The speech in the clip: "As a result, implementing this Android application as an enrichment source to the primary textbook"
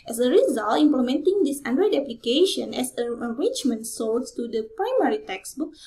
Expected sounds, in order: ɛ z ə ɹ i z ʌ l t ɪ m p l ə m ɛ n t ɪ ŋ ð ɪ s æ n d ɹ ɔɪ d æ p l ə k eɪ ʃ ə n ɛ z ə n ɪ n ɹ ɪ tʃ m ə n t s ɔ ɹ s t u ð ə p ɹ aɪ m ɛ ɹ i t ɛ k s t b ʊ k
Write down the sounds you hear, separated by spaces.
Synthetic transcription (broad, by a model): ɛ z ə ɹ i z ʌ l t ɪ m p l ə m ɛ n t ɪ ŋ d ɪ s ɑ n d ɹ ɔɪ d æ p l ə k eɪ ʃ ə n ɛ s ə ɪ ɹ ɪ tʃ m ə n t s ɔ l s t u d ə p ɹ aɪ m ɛ ɹ i t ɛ k s b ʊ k